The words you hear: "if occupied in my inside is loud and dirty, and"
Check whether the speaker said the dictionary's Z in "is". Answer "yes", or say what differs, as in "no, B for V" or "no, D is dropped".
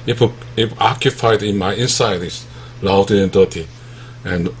no, S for Z